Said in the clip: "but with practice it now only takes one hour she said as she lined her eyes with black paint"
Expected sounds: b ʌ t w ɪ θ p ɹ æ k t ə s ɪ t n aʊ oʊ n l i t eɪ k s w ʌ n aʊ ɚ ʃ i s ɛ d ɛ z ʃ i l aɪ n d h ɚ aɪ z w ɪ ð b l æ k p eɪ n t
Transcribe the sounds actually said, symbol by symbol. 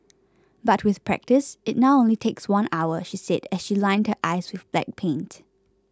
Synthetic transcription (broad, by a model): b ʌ t w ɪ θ p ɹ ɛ k t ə s ɪ t n aʊ oʊ n l i t eɪ k s w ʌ n aʊ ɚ ʃ i s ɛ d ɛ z ʃ i l aɪ n d h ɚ aɪ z w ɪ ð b l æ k p eɪ n t